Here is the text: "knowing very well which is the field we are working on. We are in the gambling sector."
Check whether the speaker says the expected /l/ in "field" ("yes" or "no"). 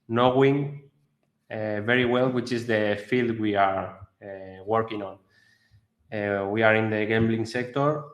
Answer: yes